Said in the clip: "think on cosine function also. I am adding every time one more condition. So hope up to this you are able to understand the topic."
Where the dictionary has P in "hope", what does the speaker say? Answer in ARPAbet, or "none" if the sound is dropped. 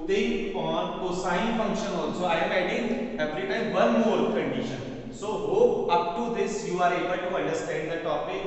none